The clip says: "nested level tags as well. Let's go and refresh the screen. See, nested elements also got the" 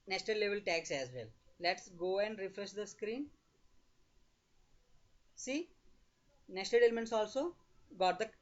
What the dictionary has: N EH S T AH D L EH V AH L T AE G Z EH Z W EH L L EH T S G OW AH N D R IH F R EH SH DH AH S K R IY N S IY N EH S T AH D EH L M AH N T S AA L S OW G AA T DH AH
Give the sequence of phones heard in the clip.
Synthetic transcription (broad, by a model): N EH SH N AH L EH V AH L T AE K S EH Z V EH L L EH T S G OW AH N D R IH F R EH SH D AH S K R IY N S IY N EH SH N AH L EH L M AH N T S AA L S OW G AA T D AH